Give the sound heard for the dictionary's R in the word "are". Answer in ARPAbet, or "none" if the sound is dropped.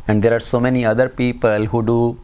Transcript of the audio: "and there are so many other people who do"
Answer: R